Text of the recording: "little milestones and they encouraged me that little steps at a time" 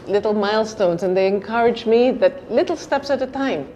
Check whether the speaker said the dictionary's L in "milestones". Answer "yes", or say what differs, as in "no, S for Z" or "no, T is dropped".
yes